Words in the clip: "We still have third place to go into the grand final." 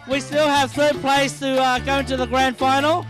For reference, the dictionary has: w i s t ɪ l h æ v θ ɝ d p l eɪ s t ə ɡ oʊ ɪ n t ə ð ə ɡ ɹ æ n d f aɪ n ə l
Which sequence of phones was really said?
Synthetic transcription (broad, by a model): w i s t ɪ l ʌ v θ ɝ p l eɪ s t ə ɡ oʊ ɪ n t ə ð ə ɡ ɹ æ n d f aɪ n l